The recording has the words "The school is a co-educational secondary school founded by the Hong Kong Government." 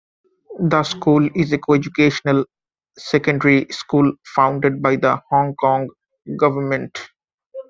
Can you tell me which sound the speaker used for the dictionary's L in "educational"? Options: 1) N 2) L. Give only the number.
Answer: 2